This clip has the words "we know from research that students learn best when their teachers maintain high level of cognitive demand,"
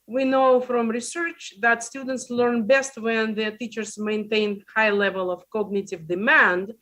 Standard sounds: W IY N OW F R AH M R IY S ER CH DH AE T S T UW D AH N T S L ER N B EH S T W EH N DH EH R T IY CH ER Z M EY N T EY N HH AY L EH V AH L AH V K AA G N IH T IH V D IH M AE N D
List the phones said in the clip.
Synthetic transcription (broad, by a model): W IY N OW F R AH M R IY S ER CH DH AE T S T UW D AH N T S L ER N B EH S T W EH N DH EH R T IY CH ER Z M EY N T EY N HH AY L EH V AH L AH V K AA G N IH T IH V D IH M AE N D